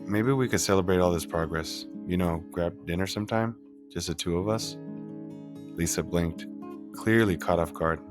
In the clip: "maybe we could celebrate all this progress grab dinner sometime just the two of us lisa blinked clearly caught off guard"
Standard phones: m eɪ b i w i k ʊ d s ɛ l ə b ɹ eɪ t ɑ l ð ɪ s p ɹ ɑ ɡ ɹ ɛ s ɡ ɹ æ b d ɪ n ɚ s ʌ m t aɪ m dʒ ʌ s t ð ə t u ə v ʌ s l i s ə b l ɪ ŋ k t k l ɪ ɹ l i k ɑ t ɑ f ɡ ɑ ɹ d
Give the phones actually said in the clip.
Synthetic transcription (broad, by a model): m eɪ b i w i k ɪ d s ɛ l ə b ɹ eɪ t ɑ l ð ɪ s p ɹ ɑ ɡ ɹ ɛ s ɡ ɹ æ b d ɪ n ɚ s ʌ m t aɪ m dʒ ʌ s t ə t u ə v ʌ s l i s ə b l ɪ ŋ k t k l ɪ ɹ l i k ɑ t ɑ f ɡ ɑ ɹ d